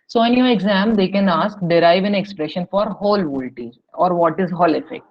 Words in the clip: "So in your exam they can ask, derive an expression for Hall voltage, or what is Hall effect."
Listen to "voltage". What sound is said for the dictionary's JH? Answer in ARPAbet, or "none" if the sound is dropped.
none